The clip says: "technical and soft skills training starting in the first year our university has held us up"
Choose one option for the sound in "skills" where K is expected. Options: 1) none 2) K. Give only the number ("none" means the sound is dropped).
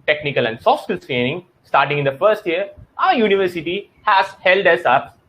1